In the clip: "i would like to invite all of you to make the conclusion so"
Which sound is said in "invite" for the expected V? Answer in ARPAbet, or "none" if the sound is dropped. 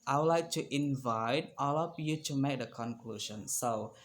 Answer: V